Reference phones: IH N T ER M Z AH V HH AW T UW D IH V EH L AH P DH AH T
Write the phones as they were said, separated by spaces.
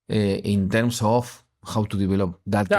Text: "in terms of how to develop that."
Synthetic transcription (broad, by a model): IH N T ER M S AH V HH AW T UW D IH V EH L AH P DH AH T